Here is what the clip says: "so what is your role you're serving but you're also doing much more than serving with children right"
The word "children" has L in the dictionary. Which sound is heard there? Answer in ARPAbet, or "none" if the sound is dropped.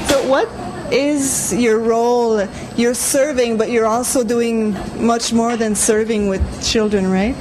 L